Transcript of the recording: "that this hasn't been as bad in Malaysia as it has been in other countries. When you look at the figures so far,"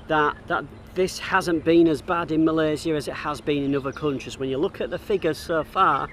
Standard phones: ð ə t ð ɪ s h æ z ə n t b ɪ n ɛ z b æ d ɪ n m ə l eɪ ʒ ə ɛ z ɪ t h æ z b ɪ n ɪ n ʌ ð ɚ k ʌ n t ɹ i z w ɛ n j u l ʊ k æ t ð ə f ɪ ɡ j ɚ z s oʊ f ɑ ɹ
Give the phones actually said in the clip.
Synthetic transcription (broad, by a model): ð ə t ð ɪ s h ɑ z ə n b ɪ n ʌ z b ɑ d ɪ n m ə l eɪ z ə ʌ z ɪ t h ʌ z b ɪ n ɪ n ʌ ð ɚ k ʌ n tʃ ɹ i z w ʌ n j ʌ l ʊ k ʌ t ð ə f ɪ ɡ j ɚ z s oʊ f ɑ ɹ